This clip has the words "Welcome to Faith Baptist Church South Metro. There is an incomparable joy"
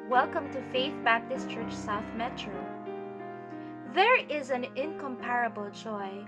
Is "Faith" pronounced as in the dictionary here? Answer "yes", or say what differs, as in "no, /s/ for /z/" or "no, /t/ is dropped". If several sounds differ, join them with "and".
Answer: yes